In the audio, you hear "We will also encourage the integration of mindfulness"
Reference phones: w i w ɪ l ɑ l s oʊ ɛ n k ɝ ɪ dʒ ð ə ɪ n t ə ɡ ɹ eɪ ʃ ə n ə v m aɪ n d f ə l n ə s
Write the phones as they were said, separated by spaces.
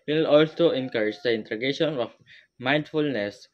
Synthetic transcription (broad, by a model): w w ɪ l ɑ l s oʊ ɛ n k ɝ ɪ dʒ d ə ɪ n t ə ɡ eɪ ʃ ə n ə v m aɪ n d f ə l n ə s